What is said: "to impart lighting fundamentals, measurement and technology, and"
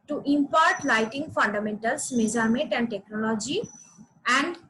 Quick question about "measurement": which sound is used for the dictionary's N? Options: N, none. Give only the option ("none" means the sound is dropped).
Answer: none